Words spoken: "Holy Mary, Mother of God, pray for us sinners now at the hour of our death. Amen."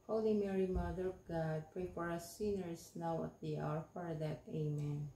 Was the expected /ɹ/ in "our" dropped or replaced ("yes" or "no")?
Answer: no